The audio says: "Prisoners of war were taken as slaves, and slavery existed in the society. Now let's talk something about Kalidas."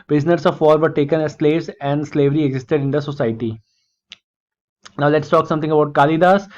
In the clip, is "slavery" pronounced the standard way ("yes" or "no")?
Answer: yes